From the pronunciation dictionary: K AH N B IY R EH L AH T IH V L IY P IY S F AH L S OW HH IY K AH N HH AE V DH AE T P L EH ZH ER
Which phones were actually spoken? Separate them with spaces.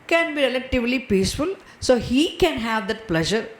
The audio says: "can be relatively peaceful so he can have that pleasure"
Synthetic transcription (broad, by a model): K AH N B IY R EH L AH T IH V L IY P IY S F AH L S OW HH IY K AH N HH AE V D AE T P L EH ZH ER